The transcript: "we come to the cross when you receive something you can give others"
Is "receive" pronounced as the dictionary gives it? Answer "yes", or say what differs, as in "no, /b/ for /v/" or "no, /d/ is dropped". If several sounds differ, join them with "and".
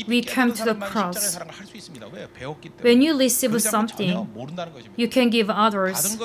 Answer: no, /l/ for /ɹ/